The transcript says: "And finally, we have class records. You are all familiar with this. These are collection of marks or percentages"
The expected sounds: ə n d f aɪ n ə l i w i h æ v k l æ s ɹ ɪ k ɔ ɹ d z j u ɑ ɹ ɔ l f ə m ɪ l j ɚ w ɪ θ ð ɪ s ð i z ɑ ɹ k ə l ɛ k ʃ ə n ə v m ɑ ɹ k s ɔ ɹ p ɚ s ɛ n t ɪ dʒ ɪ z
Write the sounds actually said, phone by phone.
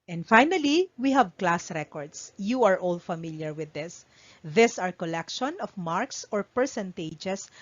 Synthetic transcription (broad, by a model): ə n d f aɪ n ə l i w i h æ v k l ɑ s ɹ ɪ k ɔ ɹ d s j u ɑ ɹ ɔ l f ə m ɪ l j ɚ w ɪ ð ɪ s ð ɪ s ɑ ɹ k ə l ɛ k ʃ ə n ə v m ɑ ɹ k s ɔ ɹ p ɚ s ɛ n t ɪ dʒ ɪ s